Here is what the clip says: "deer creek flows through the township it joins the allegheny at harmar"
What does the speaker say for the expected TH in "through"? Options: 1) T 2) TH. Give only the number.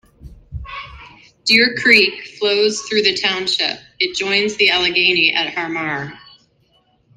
2